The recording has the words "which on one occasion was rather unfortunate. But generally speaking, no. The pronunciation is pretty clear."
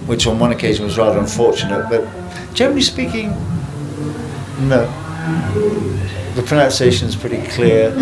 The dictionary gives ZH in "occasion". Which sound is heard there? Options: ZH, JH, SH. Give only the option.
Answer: ZH